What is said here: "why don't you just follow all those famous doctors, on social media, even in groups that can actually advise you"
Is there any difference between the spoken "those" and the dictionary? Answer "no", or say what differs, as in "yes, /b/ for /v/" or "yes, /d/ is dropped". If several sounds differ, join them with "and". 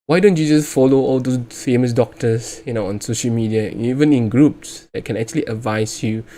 yes, /z/ is dropped